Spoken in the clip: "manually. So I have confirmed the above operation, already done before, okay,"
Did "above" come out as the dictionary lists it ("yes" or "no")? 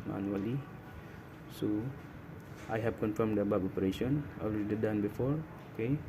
no